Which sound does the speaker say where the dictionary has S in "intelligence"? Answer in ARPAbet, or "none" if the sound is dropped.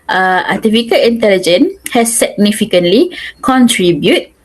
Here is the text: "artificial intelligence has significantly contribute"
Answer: none